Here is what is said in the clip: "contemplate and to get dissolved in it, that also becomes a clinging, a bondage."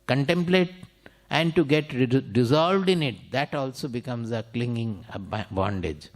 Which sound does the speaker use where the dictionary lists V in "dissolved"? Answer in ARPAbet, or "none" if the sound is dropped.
V